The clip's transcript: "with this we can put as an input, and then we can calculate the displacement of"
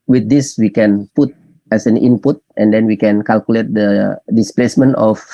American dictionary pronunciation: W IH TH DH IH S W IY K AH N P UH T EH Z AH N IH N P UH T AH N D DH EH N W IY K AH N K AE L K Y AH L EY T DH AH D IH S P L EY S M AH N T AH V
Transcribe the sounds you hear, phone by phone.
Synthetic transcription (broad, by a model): W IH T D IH S W IY K AH N P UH T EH S AH N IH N P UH T AH N D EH N W IY K AH N K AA L K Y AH L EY T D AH D IH S P L EY S M AH N T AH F